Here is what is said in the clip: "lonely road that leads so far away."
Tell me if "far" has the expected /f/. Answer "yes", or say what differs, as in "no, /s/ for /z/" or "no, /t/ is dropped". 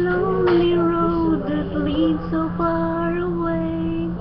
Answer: no, /p/ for /f/